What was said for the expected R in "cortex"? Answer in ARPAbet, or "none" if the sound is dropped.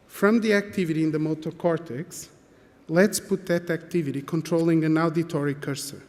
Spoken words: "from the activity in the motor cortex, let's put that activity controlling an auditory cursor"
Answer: R